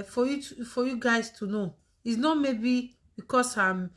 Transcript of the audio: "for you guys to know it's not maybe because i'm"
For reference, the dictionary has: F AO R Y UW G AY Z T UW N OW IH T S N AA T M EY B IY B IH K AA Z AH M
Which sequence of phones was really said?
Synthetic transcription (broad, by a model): F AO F Y UW G AY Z T UW N OW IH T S N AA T M EY B IY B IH K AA S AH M